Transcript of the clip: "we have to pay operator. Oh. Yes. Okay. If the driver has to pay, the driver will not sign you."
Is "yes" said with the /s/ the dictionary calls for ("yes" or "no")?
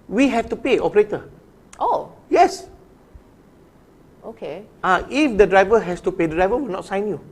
yes